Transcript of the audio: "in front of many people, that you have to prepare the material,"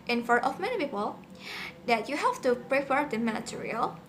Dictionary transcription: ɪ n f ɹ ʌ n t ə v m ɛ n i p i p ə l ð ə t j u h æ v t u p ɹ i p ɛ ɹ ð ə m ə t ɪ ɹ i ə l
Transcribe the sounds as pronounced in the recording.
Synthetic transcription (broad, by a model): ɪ n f ʌ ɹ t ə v m ɛ n i p i p ə l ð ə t j u h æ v t u p ɹ i p ɛ ɹ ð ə m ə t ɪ ɹ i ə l